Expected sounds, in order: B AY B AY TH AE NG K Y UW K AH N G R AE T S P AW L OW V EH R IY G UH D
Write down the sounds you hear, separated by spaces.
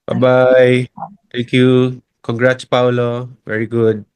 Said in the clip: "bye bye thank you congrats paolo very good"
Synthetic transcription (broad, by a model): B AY B AY T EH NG K Y UW K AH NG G R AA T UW P AW L OW V EH R IY G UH D